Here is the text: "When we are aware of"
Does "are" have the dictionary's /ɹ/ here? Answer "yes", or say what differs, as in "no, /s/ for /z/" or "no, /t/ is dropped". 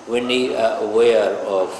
no, /w/ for /ɹ/